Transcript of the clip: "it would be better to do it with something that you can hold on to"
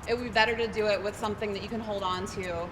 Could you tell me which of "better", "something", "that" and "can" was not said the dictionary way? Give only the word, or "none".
none